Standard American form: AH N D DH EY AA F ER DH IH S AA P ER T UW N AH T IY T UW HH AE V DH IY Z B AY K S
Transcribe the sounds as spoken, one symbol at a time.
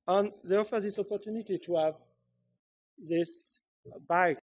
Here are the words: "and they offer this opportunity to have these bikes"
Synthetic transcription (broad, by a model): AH N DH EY AA F ER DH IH S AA P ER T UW N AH T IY T UW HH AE V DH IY S B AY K